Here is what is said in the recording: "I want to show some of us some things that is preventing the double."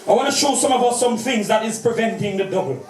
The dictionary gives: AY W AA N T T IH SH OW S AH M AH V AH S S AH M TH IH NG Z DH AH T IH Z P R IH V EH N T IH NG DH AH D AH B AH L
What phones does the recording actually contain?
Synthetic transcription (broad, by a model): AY W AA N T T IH SH OW S AH M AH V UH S S AH M TH IH NG Z DH AH T IH Z P R IH V EH N T IH NG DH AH D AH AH